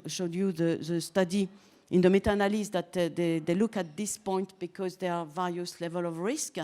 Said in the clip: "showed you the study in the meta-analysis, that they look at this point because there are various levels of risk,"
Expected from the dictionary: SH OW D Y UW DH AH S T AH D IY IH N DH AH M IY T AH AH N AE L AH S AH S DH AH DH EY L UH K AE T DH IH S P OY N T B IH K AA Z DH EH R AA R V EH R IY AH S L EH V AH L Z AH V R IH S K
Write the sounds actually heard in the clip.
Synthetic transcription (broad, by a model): SH OW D Y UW DH AH S T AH D IY IH N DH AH M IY T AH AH N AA L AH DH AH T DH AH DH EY L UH K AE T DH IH S P OY N T B IH K AA Z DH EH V AA R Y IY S L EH V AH L AH V R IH S K